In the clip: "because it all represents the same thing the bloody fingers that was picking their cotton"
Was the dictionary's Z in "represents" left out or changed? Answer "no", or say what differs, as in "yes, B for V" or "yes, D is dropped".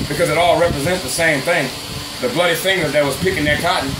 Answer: no